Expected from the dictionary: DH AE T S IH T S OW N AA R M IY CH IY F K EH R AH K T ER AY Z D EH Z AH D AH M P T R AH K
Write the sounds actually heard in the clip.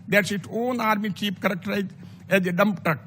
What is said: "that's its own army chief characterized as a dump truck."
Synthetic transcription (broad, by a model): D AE T S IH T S OW N AA R M IY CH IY P K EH R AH K T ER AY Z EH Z AH D AH M P T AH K